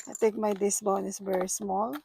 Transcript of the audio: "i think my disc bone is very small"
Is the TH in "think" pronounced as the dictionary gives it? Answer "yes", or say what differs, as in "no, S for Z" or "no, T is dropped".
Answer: no, T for TH